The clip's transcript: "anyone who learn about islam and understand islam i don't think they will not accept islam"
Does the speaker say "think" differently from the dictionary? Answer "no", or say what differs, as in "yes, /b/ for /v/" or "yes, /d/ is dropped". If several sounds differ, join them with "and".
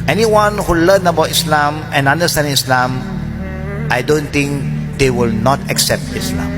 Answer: yes, /t/ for /θ/